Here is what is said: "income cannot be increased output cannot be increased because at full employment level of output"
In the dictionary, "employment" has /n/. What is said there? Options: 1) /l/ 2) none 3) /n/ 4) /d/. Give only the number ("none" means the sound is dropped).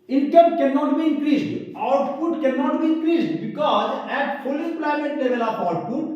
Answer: 2